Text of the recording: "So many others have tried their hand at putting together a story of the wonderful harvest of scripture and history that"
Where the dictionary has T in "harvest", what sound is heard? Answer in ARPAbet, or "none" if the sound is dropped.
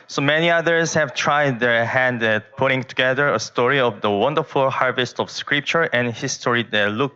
T